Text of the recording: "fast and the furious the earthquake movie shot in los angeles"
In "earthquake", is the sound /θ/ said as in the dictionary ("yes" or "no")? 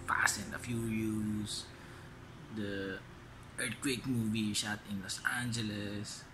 no